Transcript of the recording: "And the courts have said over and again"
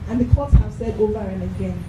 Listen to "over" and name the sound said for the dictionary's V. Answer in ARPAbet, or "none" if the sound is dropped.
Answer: V